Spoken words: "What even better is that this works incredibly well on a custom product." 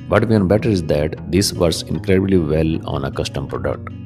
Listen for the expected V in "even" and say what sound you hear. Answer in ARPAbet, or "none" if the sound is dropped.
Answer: none